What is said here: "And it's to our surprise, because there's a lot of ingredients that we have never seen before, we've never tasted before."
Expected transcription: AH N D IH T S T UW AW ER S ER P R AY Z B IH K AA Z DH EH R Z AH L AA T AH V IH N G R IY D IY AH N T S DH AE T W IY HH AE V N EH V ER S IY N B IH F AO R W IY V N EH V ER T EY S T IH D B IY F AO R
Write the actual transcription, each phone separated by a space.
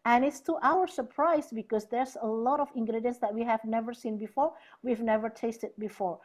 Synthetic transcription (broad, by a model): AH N IH T S T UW AW ER S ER P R AY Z B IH K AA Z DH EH R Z AH L AA T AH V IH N G R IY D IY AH N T S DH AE T W IY HH AE V N EH V ER S IY N B IH F AO R W IY V N EH V ER T EY S T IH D B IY F AO R